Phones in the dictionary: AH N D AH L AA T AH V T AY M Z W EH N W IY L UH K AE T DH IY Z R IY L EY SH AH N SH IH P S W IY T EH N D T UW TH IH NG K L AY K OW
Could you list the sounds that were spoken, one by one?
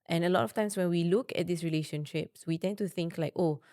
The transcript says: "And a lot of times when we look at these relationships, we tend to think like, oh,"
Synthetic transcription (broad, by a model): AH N AH L AA T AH F T AY M S W EH N W IY L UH K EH T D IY S R IY L EY SH AH N SH IH P S W IY T EH N T UW TH IH NG K L AY K OW